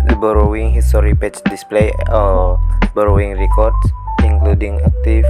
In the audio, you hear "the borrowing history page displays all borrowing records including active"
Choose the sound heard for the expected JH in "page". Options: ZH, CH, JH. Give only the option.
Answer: CH